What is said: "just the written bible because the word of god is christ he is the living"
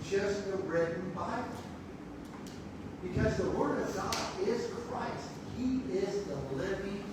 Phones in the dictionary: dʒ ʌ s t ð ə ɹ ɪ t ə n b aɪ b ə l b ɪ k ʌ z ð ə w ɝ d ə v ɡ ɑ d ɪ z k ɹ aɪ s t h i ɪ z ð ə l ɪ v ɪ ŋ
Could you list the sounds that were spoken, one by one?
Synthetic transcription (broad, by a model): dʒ ʌ s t ð ə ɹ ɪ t n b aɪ ə b ɪ k ʌ z ð ə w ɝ d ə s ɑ ɪ z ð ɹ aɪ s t h i ɪ z ð ə l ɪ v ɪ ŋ